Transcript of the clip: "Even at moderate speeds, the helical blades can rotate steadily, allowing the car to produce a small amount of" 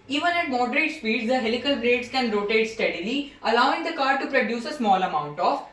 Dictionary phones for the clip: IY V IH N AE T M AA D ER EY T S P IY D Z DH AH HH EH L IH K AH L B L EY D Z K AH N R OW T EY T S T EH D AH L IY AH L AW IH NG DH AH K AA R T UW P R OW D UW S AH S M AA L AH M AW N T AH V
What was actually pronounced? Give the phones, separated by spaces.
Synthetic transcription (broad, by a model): IY V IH N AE T M AA D ER EY T S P IY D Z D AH HH EH L IH K AH L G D EY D S K AH N R OW T EY T S T EH D AH L IY AH L AW IH NG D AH K AA R T UW P R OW D UW S AH S M AA L AH M AW N T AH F